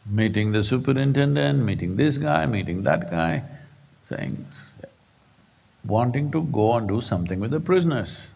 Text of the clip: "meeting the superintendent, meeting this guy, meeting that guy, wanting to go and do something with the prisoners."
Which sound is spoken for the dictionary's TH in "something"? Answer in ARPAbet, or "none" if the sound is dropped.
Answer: T